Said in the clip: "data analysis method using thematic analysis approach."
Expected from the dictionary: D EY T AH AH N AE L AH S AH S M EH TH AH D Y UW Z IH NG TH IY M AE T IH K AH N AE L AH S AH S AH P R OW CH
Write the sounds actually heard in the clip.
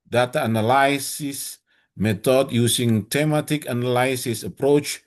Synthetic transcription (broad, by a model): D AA T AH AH N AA L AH S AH S M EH T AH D Y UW S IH NG T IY M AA T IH K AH N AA L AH S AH S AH P R OW CH